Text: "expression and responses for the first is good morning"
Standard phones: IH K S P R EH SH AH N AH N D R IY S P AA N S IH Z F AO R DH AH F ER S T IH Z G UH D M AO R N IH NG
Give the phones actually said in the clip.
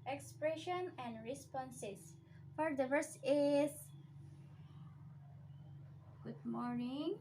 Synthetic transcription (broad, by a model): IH K S P R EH SH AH N AH N D R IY S P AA N S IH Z F AO R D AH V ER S IH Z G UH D M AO R N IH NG